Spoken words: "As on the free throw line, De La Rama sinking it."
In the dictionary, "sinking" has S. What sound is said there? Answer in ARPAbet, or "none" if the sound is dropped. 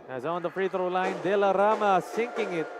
S